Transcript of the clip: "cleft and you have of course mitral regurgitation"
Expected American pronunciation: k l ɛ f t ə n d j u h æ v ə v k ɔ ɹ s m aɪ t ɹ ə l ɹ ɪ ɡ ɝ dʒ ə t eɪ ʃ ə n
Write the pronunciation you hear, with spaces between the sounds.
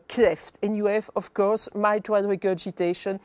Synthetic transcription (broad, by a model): k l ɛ f t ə n j u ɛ f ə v k ɔ ɹ s m aɪ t w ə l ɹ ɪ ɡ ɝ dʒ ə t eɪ ʃ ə n